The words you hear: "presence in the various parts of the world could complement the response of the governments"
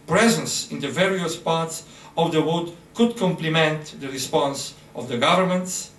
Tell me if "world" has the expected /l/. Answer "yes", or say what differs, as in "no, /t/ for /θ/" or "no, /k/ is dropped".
no, /l/ is dropped